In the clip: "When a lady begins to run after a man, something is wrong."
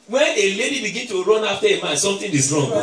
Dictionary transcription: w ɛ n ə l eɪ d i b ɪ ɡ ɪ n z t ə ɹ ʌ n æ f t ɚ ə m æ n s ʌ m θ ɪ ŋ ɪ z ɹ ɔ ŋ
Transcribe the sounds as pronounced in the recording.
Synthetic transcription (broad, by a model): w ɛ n ə l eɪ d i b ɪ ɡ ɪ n t ə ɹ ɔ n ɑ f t ə m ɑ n s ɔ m t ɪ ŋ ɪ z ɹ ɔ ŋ